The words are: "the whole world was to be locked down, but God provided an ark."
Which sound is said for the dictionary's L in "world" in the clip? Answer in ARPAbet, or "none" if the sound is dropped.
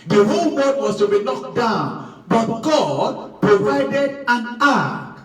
none